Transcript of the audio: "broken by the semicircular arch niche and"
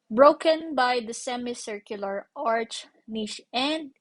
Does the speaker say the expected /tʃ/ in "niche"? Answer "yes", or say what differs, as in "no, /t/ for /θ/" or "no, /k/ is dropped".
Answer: no, /ʃ/ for /tʃ/